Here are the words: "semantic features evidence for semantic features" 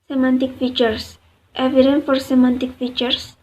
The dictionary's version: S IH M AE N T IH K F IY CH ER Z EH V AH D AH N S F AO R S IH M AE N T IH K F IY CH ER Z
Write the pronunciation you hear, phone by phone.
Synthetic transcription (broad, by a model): S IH M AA N T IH K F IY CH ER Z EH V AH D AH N F AO R S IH M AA N T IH K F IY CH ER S